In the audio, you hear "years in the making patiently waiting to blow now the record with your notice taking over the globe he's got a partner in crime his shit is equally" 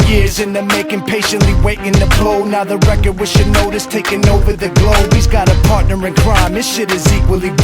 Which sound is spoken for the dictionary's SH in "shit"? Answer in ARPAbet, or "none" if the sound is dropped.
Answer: SH